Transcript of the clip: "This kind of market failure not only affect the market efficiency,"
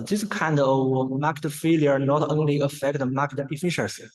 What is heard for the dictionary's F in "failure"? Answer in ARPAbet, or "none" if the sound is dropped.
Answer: F